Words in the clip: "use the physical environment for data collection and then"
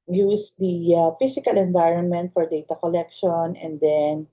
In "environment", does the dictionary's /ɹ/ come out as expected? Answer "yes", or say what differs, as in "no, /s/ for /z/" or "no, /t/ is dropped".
yes